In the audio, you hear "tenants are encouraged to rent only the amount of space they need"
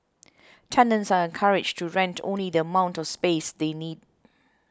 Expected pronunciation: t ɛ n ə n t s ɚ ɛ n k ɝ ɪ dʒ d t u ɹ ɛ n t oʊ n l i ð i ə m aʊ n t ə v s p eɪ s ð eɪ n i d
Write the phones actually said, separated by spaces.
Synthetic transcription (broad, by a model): t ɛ n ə n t s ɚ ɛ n k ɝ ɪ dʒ t u ɹ ɛ n t oʊ n l i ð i ə m aʊ n t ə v s p eɪ s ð eɪ n i d